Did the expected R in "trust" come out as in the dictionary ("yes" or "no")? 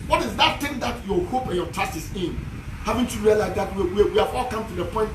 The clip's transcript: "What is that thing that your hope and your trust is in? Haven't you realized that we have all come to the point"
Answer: no